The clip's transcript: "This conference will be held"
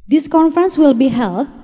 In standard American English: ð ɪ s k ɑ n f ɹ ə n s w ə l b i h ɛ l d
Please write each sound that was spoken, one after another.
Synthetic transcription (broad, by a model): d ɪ s k ɑ n f ɹ ə n s w ə l b i h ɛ l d